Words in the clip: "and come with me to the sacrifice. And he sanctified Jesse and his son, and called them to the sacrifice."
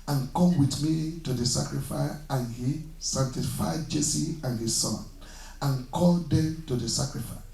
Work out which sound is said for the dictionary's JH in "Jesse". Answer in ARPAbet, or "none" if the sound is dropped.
JH